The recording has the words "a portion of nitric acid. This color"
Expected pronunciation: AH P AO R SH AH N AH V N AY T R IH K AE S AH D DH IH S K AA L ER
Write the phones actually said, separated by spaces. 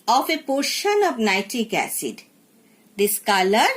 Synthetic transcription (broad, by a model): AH P AO R SH AH N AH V N AY T IH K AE S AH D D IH S K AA L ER